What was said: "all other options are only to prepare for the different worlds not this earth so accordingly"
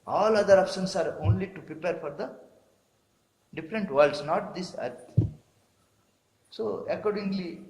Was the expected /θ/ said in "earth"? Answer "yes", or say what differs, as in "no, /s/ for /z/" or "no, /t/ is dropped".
no, /t/ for /θ/